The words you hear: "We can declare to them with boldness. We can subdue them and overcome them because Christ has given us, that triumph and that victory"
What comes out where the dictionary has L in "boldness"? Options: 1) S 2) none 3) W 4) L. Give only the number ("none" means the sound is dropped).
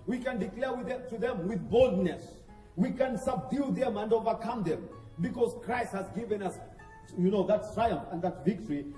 4